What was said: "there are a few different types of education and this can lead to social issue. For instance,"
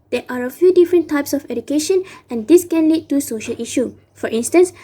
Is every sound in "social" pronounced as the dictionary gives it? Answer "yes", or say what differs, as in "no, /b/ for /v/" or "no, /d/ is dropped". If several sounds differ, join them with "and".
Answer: yes